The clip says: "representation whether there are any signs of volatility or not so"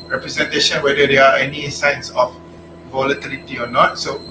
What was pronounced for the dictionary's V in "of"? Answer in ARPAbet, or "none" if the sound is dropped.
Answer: F